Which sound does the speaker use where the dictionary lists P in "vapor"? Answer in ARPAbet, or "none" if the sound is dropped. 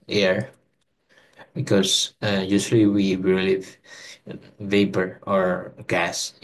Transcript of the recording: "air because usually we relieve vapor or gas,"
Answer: P